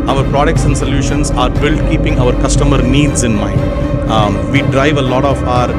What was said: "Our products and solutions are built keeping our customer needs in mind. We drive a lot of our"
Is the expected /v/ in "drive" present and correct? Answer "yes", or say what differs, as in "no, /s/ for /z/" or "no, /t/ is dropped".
yes